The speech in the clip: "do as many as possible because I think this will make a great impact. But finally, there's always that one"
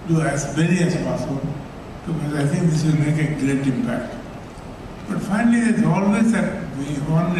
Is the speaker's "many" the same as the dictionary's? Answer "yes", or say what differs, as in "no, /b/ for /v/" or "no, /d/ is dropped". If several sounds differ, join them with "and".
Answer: no, /l/ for /n/